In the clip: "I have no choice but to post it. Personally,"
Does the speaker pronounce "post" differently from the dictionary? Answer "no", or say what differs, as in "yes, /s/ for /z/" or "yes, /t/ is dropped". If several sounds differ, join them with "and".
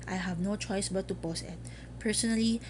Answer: yes, /t/ is dropped